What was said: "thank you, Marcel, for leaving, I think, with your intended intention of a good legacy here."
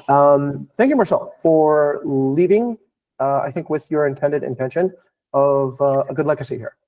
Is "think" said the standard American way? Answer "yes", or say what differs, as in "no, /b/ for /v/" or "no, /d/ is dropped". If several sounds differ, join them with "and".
yes